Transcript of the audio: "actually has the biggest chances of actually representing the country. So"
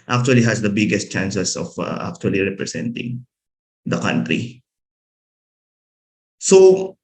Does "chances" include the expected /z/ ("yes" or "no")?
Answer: no